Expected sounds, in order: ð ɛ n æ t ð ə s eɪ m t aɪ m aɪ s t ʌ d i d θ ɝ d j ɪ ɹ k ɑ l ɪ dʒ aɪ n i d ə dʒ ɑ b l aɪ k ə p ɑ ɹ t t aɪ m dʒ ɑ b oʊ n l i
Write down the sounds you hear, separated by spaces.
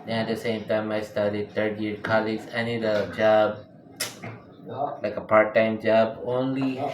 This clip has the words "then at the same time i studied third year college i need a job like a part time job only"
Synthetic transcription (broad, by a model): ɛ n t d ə s eɪ m t aɪ m aɪ s t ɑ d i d t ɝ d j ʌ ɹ k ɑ l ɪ z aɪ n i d ə dʒ ɑ b l aɪ k ə p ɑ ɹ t t aɪ m dʒ ɑ b oʊ n l i